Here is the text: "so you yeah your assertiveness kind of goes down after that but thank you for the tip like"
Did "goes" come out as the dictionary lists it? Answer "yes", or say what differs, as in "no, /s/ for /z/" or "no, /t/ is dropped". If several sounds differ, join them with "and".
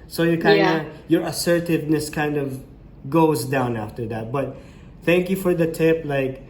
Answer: yes